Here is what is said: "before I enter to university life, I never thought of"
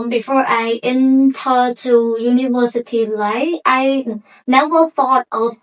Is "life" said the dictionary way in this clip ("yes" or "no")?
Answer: no